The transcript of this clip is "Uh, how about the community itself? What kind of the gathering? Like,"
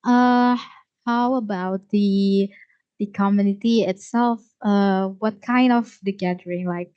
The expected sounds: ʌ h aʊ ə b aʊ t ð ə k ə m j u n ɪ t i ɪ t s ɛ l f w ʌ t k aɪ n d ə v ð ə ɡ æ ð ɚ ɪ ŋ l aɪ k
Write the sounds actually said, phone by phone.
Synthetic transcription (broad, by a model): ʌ h aʊ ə b aʊ t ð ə k ə m j u n ɪ t i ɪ t s ɛ l f w ʌ t k aɪ n d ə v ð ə ɡ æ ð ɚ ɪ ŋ l aɪ k